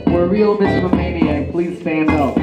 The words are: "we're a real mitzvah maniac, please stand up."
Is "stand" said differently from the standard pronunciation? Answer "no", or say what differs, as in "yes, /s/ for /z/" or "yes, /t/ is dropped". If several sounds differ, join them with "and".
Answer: no